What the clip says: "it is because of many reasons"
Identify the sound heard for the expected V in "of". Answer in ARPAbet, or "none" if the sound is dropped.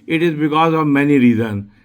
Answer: V